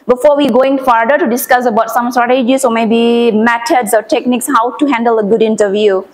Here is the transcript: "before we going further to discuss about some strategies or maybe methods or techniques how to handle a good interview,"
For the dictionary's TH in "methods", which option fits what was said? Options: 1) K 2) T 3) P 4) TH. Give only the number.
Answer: 2